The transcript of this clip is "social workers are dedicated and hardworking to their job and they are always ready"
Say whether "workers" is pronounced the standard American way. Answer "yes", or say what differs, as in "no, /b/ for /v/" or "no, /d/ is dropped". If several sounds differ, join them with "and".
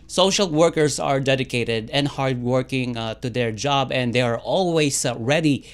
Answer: no, /s/ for /z/